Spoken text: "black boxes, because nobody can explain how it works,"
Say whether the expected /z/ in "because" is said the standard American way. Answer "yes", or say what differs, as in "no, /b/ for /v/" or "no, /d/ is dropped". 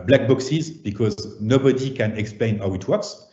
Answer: yes